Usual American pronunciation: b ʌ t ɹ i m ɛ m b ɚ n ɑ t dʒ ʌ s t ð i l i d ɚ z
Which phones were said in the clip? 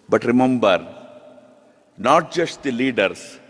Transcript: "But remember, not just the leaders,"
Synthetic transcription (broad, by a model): b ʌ t ɹ i m ɛ m b ɚ n ɑ t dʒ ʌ ʃ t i l i d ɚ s